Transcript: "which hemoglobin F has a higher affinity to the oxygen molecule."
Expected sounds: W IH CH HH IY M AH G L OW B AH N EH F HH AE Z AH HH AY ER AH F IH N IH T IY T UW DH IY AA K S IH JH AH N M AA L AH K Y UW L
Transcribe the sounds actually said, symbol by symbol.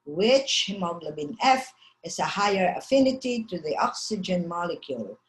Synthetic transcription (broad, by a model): W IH CH HH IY M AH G L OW B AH N EH F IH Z AH HH AY ER AH F IH N IH T IY T UW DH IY AA K S IH JH AH N M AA L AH K Y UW L